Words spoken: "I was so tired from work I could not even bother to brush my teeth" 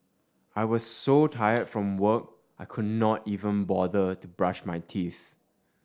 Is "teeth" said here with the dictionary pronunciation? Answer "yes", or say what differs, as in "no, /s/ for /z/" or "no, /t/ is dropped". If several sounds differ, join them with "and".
yes